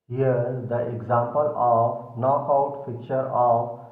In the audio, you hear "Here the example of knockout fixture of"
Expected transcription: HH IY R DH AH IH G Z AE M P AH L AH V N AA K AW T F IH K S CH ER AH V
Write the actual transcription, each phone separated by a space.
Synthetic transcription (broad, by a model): HH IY R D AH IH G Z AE M P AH L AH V N AA K AW T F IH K CH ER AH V